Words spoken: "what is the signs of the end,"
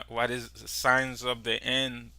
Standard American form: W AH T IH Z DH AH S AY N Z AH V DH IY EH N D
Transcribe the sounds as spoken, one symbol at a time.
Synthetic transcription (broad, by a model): W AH T IH Z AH S AY N Z AH V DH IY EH N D